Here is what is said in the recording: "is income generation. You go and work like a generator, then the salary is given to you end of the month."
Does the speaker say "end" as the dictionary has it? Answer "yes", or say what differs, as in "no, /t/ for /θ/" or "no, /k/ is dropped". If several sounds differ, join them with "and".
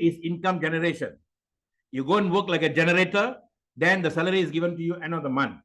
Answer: no, /d/ is dropped